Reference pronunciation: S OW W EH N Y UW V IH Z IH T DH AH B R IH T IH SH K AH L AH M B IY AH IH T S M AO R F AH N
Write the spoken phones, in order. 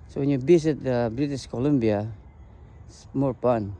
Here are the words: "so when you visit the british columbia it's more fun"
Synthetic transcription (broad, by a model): S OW W EH N Y UW B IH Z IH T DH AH B R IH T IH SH K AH L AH M B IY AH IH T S M AO R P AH N